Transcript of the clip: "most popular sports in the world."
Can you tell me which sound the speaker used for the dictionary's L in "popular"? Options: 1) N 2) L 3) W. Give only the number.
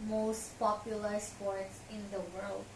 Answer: 2